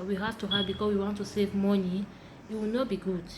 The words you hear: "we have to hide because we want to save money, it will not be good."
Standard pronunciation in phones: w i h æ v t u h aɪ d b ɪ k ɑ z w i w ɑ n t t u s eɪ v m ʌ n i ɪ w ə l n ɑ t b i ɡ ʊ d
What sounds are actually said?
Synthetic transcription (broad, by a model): w i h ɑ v t u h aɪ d b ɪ k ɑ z w i w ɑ n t t u s eɪ v m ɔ n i ɪ w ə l n ɑ t b i ɡ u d